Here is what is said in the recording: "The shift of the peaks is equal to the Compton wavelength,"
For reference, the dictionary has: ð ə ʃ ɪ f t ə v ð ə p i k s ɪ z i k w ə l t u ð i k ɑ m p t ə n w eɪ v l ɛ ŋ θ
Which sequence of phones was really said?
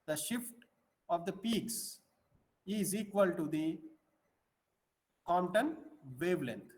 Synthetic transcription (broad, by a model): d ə ʃ ɪ f t ə v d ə p i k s ɪ z i k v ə l t u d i k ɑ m t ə n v eɪ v l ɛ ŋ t